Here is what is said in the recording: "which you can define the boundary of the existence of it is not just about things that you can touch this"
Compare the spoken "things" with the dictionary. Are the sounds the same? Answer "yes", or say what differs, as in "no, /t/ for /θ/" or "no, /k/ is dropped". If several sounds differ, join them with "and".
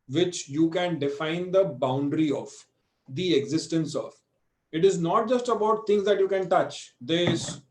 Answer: no, /t/ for /θ/